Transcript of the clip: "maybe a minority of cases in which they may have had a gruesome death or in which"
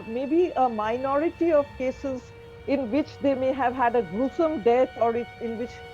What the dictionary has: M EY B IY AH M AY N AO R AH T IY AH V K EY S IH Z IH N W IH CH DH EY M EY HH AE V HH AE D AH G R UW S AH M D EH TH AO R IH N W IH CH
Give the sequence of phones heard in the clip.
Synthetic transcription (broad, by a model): M EY B IY AH M AY N AO R AH T IY AH V K EY S IH Z IH N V IH CH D EY M EY HH AE V HH AE D AH G R UW S AH M D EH T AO R IH N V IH CH